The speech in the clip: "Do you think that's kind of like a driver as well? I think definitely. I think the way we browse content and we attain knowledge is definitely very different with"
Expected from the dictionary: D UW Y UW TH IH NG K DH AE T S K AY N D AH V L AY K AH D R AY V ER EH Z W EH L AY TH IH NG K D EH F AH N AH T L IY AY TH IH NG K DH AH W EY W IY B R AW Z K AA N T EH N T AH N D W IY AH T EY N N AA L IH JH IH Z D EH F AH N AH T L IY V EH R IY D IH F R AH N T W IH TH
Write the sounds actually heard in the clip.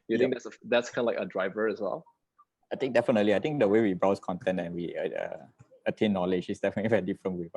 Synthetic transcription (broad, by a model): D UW Y UW T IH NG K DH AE T S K AY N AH L AY K AH D R AY V ER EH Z W EH L AY T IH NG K D EH F AH N AH T L IY AY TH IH NG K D AH W EY W IY B R AW S K AA N T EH N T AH N W IY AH T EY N N AA L IH JH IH S D EH F AH N AH T L IY V EH R IY D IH F R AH N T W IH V